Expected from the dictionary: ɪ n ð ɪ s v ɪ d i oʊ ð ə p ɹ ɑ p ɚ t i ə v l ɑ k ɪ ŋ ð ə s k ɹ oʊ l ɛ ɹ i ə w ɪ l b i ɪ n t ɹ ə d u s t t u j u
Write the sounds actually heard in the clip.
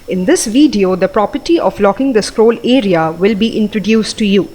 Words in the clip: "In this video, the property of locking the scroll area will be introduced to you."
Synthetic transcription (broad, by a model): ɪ n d ɪ s v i d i oʊ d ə p ɹ ɑ p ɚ t i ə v l ɑ k ɪ ŋ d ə s k ɹ oʊ l ɛ ɹ i ə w ɪ l b i ɪ n t ɹ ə d u s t t u j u